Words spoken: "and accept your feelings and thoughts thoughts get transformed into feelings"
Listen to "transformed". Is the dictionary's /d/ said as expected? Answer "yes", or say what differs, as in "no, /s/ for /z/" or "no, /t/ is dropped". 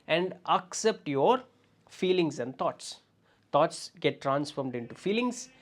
yes